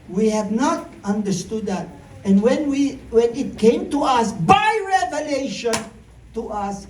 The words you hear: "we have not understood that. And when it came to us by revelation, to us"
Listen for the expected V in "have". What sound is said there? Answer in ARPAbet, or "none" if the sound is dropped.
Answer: V